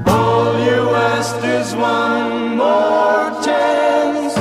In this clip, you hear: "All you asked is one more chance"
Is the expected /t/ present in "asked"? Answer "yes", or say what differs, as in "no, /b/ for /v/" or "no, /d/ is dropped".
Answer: no, /t/ is dropped